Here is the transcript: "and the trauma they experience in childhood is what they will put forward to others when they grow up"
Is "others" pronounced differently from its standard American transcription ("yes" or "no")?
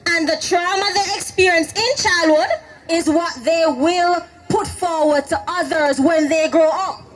no